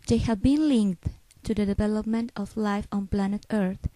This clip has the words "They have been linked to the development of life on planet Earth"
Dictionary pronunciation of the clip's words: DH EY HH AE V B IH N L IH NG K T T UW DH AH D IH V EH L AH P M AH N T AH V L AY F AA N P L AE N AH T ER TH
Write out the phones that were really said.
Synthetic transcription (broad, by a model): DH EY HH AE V B IH N L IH NG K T T UW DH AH D IH V EH L AH P M AH N T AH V L AY F AA N P L AE N AH T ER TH